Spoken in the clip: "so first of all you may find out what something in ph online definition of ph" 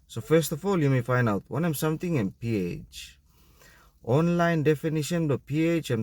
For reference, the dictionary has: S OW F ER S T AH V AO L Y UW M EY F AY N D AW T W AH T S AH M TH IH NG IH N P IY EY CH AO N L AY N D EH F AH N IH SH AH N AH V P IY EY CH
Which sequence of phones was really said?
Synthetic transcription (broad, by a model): S OW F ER S T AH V AO L Y UW M EY F AY N D AW T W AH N S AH M T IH NG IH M P IY EY CH AO N L AY N D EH F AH N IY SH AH N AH P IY EY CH